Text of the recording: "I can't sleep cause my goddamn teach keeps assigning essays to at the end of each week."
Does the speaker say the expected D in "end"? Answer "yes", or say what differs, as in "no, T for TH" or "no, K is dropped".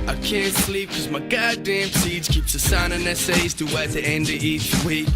yes